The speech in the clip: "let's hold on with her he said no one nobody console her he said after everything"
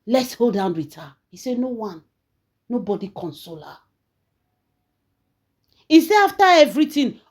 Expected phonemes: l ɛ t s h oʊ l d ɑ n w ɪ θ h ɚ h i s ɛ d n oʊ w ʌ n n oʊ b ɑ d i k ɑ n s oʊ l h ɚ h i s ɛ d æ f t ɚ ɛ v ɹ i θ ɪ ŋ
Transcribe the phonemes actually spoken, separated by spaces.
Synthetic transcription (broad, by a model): l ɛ t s h oʊ l d ɑ n w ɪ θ h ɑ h i s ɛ n oʊ w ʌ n n oʊ b ɑ d i k ɑ n s oʊ l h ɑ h i s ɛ ɑ f t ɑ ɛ v ɹ i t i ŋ